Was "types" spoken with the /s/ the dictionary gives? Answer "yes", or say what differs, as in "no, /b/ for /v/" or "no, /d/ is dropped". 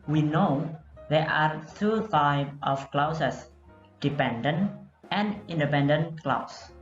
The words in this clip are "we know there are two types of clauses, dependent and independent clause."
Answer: no, /s/ is dropped